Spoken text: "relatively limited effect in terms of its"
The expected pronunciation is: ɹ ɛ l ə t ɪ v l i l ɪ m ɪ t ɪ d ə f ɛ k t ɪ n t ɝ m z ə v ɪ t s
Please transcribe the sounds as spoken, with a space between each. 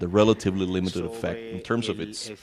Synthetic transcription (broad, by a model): ɹ ɛ l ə t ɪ v l i l ɪ m ɪ t ɪ d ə f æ k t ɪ n t ɝ m z ə v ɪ t s